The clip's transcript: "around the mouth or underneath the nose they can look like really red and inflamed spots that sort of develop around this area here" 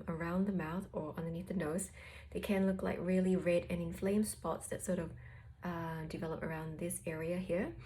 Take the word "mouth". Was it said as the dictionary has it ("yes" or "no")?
yes